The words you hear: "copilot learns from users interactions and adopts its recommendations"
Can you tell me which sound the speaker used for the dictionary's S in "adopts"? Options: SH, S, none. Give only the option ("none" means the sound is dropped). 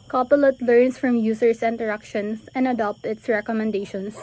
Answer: none